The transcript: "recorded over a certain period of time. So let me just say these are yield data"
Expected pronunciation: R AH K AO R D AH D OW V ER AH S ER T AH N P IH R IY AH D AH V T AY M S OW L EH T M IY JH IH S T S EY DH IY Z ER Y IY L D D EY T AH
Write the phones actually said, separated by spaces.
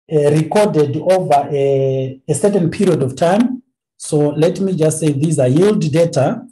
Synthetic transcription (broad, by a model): R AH K AO D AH D OW V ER AH S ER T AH N P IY R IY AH D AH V T AY M S OW L EH T M IY JH IH S T S EY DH IY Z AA Y IY L D D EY T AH